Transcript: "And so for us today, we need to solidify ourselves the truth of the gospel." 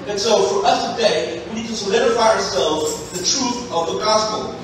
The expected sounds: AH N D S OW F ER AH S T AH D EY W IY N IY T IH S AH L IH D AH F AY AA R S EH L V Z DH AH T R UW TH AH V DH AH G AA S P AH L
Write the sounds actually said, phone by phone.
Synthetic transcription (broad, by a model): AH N S OW F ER AH S T AH D EY W IY N IY T IH S AH L IH D AH F AY AA R S EH L V Z DH AH T R UW TH AH V DH AH G AA S P L